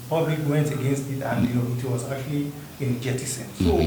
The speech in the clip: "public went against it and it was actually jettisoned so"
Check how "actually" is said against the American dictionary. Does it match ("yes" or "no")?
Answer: no